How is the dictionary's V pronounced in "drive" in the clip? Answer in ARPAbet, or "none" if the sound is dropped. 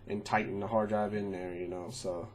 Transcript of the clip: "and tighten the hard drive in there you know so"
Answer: B